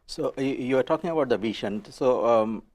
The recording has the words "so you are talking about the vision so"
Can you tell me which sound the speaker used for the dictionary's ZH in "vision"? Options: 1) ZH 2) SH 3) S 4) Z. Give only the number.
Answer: 2